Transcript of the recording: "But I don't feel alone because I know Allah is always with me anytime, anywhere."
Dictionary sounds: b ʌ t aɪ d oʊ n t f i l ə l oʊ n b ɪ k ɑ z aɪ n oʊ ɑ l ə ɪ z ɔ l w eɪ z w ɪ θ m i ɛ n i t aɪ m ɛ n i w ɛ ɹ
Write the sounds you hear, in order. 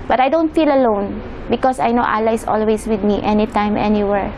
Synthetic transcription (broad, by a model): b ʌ t aɪ d oʊ n t f i l ə l oʊ n b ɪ k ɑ s aɪ n oʊ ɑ l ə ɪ s ɔ l w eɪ s w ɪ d m i ɛ n i t aɪ m ɛ n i w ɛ ɹ